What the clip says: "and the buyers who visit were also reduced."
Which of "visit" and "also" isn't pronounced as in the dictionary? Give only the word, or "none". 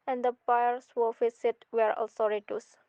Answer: visit